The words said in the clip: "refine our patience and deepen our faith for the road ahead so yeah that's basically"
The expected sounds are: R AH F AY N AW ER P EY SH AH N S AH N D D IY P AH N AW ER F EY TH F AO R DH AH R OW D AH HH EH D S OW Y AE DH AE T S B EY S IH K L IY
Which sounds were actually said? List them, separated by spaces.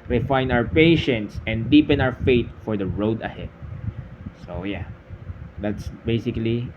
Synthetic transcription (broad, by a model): R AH F AY N AW ER P EY SH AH N S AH N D D IY P AH N AW ER F EY T F AO R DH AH R OW D AH HH EH D S OW Y AE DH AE T S B EY S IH K L IY